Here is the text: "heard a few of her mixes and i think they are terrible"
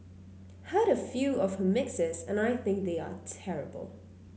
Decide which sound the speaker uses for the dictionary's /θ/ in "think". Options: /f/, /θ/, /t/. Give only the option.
/θ/